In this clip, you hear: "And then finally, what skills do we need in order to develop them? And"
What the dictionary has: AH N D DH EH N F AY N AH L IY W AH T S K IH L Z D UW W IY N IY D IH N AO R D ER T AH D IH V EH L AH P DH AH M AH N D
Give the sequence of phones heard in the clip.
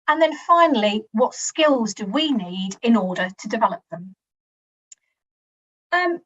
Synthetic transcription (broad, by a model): AH N DH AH N F AY N AH L IY W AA T S K IH L Z D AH W IY N IY D IH N AO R D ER T AH D IH V EH L AH P DH AH M AH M